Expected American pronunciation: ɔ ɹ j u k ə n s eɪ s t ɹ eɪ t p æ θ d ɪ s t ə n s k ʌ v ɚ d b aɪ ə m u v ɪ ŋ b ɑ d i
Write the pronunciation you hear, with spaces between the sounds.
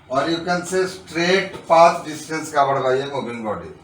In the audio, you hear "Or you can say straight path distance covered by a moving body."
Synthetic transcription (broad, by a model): ɔ ɹ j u k ə n s eɪ s t ɹ eɪ t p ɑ s d ɪ s t ə n s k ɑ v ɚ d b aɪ ə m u b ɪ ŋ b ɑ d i